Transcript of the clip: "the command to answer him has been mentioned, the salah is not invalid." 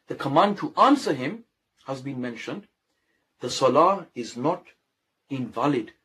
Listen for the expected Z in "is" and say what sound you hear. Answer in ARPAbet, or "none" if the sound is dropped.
Z